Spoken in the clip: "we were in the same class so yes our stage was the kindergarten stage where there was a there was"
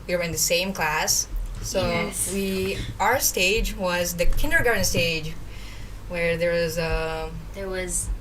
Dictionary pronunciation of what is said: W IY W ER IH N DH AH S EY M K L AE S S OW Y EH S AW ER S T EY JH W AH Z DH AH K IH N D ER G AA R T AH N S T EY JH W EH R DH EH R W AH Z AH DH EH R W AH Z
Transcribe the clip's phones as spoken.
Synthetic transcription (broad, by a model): W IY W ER IH N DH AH S EY M K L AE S S OW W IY AW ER S T EY JH W AH Z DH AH K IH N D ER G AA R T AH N S T EY JH W EH R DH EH R W AH Z AH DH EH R W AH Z